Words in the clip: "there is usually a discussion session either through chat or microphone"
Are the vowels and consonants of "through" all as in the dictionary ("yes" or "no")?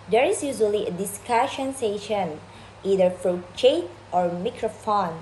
no